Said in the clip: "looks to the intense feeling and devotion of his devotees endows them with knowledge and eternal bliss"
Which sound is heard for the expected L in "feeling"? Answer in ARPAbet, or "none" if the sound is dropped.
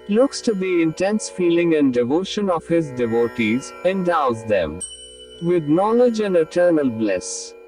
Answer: L